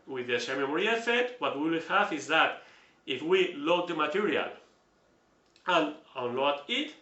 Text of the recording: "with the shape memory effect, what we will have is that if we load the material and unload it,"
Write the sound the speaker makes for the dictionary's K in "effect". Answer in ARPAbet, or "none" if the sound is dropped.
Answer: none